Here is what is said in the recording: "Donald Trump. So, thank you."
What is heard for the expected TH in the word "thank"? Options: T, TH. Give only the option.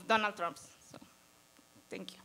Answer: T